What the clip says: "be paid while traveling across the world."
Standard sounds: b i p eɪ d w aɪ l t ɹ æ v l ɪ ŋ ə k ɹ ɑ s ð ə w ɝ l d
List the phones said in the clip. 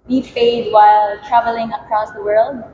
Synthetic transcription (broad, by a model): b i f eɪ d w aɪ l t ɹ æ v l ɪ ŋ ə k ɹ ɑ s ð ə w ɝ l d